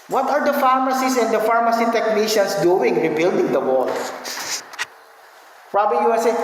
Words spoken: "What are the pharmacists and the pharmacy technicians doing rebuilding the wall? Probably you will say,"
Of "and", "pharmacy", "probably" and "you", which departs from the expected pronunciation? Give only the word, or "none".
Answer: probably